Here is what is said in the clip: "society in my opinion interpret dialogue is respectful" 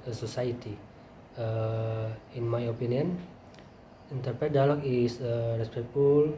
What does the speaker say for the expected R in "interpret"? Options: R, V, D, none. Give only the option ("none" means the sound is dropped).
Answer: R